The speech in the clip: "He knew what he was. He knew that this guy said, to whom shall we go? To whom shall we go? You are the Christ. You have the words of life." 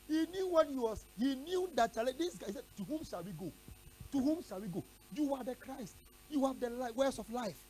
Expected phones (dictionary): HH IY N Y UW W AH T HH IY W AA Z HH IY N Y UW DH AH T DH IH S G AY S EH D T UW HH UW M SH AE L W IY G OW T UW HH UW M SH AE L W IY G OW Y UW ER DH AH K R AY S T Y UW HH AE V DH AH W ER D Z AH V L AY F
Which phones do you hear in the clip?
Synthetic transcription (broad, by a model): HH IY N Y UW W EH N HH IY W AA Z HH IY N Y UW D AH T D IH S G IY S EH D T UW HH UW M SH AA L W IY G OW T UW HH UW M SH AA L W IY G OW Y UW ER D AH K R AY S T Y UW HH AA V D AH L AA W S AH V L AY F